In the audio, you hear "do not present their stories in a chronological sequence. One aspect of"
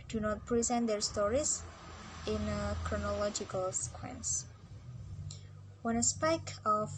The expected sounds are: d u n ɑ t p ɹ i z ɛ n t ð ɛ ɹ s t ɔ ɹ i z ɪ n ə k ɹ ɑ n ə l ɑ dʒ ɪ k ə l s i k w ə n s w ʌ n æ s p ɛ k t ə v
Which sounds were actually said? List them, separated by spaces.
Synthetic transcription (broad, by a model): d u n ɑ t p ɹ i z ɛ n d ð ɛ ɹ s t ɔ ɹ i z ɪ n ə k ɹ ɑ n ə l ɑ dʒ ɪ k ə l s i k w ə n s w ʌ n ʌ s p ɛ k ə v